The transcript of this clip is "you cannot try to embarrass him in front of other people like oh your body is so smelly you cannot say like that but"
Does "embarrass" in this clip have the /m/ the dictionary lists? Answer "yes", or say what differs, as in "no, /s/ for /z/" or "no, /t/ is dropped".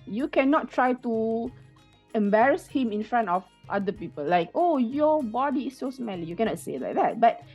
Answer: yes